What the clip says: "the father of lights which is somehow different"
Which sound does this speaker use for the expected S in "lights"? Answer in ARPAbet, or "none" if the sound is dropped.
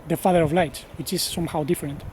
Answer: none